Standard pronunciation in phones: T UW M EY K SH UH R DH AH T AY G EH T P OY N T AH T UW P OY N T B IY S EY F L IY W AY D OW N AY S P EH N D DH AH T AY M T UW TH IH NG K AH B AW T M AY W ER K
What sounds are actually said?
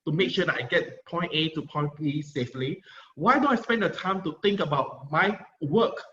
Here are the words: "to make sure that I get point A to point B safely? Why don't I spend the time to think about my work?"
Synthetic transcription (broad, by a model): T UW M EY K SH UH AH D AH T AY G EH T P OY N T AH T UW P OY N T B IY S EY F L IY W AY D OW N AY S P EH N D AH T AY M T UW T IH NG K AH B AW T M AY W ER K